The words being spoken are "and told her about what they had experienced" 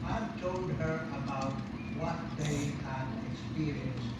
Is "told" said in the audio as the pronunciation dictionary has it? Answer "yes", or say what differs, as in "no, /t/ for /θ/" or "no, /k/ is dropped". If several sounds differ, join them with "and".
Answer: yes